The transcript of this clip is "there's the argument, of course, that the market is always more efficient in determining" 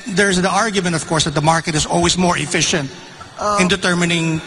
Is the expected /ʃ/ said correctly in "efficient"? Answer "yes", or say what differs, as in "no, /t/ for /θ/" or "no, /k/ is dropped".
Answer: yes